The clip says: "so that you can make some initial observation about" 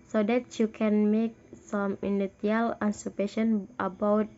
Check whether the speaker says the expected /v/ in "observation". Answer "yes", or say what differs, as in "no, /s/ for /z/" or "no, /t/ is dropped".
no, /p/ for /v/